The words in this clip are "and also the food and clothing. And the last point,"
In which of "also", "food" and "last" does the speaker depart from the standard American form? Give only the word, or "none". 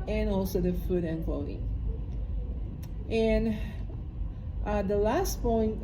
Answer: none